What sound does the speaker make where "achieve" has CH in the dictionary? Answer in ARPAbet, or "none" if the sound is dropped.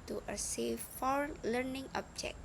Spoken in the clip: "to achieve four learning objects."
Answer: S